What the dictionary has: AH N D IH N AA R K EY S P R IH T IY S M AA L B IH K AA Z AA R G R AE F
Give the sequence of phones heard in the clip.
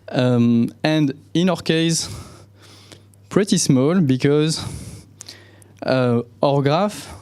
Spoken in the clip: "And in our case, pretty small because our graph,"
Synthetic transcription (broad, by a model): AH N D IH N AA R K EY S P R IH T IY S M AA L B IH K AA Z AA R G R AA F